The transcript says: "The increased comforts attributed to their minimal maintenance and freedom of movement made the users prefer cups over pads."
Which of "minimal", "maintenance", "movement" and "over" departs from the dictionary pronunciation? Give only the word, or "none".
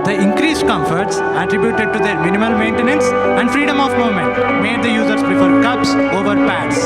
movement